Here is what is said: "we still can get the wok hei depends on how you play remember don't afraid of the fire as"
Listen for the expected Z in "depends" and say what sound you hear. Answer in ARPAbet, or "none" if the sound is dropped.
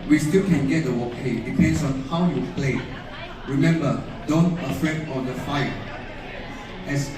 S